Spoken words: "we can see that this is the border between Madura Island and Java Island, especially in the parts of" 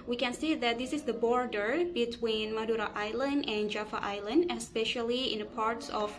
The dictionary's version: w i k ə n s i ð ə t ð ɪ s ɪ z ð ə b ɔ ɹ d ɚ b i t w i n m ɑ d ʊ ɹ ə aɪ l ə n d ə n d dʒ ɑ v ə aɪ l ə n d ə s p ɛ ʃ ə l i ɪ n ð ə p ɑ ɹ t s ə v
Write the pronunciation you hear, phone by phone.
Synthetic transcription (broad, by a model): w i k ə n s i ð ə t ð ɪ s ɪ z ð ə b ɔ ɹ d ɚ b i t w i n m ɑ d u ɹ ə aɪ l ə n d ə n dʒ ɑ f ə aɪ l ə n d ə s p ɛ ʃ ə l i ɪ n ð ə p ɑ ɹ t s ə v